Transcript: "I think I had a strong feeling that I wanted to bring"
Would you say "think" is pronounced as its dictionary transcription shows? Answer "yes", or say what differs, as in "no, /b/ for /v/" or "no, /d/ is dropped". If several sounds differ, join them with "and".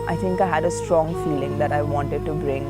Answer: no, /t/ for /θ/